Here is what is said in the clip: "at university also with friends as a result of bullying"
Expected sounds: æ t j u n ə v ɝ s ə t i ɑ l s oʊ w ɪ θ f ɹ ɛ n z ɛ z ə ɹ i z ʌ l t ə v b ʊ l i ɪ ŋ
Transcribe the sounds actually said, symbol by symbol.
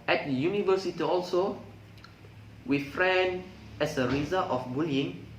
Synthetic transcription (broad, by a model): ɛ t j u n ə v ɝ s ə t i ɑ l s oʊ w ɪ f ɹ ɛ n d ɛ s ə ɹ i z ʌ t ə f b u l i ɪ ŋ